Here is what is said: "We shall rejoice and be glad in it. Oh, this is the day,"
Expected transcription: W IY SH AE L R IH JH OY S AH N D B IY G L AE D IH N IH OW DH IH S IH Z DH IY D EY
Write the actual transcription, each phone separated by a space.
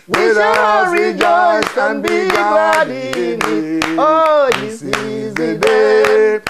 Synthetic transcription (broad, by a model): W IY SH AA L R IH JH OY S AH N B IY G AA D IH N IH OW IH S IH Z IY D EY